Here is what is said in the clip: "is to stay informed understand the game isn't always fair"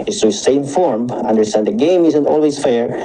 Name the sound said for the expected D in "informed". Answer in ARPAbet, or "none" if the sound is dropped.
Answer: none